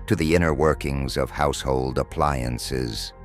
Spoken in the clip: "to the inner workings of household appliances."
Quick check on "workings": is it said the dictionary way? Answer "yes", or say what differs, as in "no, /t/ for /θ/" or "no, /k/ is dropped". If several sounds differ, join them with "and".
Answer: yes